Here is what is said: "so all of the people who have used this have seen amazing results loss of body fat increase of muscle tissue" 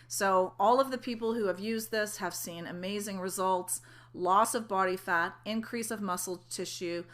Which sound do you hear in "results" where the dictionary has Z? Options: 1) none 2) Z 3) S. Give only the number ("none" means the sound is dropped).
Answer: 2